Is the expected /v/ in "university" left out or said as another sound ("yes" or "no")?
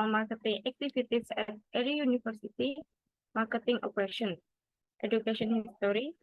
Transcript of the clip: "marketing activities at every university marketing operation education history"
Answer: yes